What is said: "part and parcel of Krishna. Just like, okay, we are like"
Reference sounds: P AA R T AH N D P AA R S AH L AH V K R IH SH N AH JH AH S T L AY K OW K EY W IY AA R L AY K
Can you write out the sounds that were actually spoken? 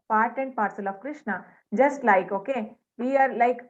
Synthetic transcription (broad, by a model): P AA R T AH N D P AA R S AH L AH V K R IH SH N AH JH AH S T L AY K OW K EY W IY AA R L AY K